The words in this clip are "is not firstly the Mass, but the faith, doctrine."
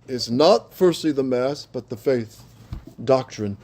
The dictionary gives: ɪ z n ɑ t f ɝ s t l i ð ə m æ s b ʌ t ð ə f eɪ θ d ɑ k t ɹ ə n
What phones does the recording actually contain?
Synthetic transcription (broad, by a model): ɪ z n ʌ t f ɝ s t l i ð ə m æ s b ʌ t ð ə f eɪ θ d ɑ k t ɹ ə n